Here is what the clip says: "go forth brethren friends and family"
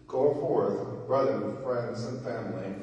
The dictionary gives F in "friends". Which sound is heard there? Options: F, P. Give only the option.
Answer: F